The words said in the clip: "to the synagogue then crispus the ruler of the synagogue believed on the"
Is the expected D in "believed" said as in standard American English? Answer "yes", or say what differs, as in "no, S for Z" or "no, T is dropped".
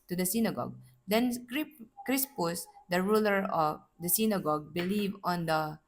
no, D is dropped